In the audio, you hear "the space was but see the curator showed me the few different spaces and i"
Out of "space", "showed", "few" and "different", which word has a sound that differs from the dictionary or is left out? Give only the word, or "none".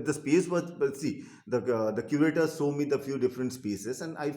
showed